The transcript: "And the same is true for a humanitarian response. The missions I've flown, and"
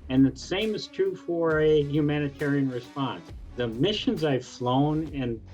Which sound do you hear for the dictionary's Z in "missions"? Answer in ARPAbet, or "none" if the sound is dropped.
Z